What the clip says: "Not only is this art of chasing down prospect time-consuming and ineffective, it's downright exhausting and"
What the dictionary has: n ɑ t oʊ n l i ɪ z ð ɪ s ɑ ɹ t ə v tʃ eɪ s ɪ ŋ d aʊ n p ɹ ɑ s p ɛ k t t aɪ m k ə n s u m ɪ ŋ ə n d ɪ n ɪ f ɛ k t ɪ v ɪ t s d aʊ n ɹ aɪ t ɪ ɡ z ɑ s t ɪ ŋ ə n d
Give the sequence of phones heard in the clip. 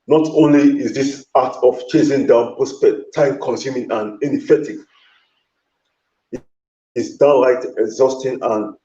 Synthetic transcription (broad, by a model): n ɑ t oʊ n l i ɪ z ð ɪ s ɑ t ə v tʃ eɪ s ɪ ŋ d aʊ n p ɑ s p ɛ t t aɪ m k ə n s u m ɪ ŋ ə n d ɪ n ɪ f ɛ t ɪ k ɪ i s d aʊ n l aɪ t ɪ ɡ z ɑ s t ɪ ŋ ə n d